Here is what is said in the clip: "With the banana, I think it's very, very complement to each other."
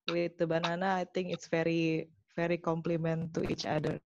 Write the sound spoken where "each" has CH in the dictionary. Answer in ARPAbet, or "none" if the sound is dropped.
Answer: CH